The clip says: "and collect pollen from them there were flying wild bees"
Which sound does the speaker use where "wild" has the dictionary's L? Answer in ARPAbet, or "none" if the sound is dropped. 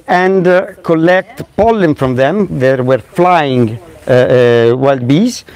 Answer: L